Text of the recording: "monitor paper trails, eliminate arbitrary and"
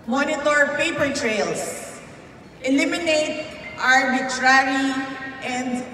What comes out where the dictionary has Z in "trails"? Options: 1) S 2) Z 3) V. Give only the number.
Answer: 1